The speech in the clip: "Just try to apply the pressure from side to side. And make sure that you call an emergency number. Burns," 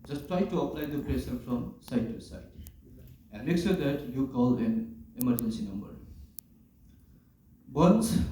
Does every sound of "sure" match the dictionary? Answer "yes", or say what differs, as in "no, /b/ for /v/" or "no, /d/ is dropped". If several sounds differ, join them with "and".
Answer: no, /s/ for /ʃ/